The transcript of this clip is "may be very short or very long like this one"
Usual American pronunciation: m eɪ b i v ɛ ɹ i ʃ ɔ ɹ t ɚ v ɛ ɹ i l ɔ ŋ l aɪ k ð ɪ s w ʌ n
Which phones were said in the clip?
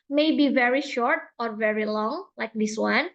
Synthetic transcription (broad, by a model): m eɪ b i v ɛ ɹ i ʃ ɔ ɹ t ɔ v ɛ ɹ i l ɔ ŋ l aɪ k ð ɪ s w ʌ n